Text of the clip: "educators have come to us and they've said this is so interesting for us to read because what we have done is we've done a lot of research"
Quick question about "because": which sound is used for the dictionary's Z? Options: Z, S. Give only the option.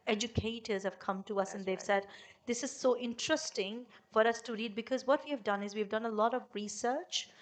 Z